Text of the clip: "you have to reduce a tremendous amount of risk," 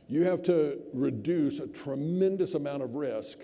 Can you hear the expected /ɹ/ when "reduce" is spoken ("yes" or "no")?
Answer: yes